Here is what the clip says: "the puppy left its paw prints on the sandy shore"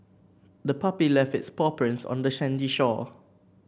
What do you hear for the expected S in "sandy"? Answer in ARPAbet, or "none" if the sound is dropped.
SH